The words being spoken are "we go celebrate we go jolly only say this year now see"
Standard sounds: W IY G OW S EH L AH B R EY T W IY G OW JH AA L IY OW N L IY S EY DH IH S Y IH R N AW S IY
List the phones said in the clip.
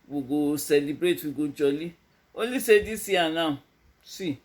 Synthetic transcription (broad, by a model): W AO G OW S EH L AH B R EY T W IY G OW JH AA L IY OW L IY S EY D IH S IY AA N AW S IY